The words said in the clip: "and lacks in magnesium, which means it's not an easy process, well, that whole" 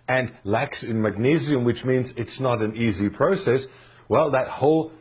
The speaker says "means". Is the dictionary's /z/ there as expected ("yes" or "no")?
yes